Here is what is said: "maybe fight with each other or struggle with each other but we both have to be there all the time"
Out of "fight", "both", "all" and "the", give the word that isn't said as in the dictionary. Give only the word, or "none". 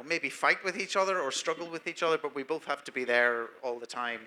none